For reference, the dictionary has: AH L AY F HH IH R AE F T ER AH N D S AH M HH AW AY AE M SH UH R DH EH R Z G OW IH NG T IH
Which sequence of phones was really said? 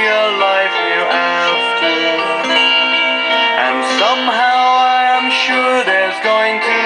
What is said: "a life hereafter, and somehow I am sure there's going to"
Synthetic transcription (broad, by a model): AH L AY F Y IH AE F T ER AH N S AH M HH AW AY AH M SH UH R DH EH R Z G OW IH NG T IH